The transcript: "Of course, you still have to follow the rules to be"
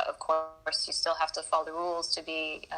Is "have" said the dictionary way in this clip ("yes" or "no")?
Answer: no